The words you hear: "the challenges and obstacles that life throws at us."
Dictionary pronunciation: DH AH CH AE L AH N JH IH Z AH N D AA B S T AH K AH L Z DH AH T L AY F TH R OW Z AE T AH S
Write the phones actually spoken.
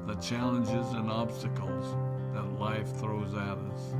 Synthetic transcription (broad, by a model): DH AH CH AE L AH N JH IH Z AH N AA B S T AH K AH L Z DH AH T L AY F TH R OW Z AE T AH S